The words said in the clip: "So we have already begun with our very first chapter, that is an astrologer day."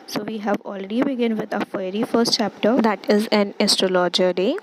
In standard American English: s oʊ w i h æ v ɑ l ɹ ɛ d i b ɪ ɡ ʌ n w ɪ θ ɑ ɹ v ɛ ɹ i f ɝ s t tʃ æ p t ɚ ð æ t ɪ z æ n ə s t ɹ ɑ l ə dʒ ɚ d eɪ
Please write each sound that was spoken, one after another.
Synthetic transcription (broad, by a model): s oʊ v i h æ v ɑ l ɹ ɛ d i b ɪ ɡ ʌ n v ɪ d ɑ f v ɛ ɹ i f ɝ s t tʃ æ p t ɚ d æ t ɪ z æ n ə s t ɹ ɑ l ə dʒ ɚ d eɪ